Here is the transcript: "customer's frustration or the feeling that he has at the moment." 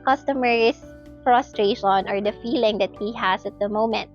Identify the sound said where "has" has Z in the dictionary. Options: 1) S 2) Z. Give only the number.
1